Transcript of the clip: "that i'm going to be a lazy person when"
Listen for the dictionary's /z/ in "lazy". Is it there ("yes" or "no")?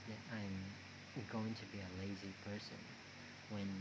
yes